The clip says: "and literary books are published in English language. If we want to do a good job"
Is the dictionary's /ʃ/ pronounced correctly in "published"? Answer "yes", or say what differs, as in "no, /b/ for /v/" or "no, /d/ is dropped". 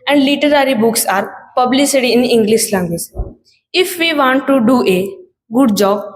no, /s/ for /ʃ/